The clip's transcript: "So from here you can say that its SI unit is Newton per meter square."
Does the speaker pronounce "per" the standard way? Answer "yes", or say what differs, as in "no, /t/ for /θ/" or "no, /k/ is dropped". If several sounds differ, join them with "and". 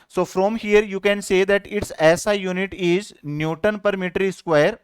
yes